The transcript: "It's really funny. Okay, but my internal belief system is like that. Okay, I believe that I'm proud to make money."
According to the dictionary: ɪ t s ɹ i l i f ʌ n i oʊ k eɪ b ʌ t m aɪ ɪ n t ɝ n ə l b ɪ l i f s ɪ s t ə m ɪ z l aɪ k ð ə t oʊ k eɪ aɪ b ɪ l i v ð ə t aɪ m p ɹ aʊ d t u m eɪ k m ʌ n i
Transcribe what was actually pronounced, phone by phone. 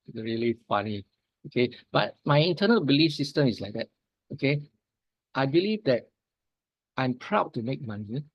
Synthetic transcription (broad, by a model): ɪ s ɹ i l i f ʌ n i oʊ k eɪ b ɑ t m aɪ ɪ n t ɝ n ə l b ɪ l i f s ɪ s t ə m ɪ s l aɪ k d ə t oʊ k eɪ aɪ b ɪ l i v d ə t aɪ m p ɹ aʊ d t u m eɪ k m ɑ n i